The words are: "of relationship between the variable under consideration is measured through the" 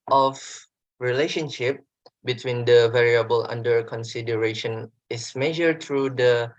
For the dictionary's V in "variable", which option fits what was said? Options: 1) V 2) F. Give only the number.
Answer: 1